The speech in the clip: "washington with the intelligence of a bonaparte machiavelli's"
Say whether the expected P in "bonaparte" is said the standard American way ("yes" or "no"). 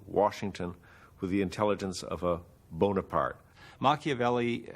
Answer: yes